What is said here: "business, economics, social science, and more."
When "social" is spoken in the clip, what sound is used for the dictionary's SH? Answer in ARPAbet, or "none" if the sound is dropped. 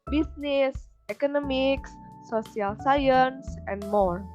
none